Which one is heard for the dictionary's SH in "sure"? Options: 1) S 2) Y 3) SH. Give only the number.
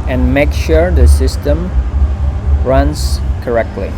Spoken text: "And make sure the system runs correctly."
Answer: 3